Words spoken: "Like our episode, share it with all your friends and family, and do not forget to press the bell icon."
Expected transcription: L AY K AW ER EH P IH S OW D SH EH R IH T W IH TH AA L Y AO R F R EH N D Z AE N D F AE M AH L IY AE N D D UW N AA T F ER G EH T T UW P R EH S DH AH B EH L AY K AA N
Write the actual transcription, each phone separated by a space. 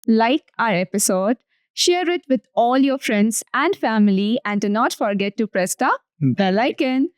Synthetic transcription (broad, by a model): L AY K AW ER EH P IH S OW D SH EH R IH T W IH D AA L Y AO R F R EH N D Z AE N D F AE M AH L IY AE N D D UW N AA T F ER G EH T T UW P R EH S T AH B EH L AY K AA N